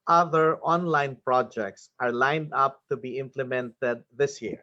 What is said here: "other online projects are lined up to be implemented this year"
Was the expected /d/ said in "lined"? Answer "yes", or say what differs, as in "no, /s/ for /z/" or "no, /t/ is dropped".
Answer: yes